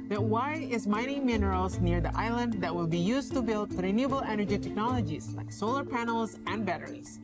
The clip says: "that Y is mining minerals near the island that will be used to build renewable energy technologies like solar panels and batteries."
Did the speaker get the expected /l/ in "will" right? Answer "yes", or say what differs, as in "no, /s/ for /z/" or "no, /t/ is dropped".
yes